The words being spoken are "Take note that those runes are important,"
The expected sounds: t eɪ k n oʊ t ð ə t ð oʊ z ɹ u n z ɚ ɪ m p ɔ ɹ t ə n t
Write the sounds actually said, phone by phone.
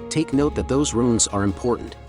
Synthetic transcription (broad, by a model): t eɪ k n oʊ t ð ə t ð oʊ z ɹ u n z ɚ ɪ m p ɔ ɹ t n t